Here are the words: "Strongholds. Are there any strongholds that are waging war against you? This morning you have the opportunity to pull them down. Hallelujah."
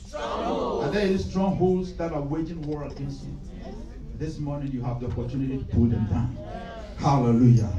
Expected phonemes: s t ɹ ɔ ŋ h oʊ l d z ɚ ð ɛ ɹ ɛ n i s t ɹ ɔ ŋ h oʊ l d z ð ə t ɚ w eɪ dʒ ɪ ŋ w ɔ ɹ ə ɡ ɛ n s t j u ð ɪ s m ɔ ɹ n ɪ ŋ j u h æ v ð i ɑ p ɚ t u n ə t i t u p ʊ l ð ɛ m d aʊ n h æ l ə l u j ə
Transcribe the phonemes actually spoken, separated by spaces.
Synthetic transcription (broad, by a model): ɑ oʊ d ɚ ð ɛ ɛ i s t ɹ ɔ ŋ h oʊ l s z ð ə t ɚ w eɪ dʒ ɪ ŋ w ɔ ɹ ə ɡ ɛ n s t j u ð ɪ s m ɔ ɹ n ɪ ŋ j u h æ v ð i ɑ p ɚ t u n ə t i t u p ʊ l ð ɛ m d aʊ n h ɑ l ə l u j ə